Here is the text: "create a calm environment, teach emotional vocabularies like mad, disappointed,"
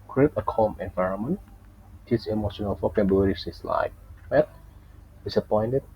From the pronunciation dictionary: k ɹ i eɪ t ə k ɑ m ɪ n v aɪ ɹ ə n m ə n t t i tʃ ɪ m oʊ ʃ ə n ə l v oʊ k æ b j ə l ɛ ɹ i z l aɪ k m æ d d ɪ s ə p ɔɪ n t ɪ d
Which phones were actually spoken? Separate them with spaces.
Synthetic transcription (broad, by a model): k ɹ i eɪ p ə k ɑ m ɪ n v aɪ ɹ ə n m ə n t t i s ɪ m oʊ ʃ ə n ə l f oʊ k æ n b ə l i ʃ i s l aɪ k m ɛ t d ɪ s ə p ɔɪ n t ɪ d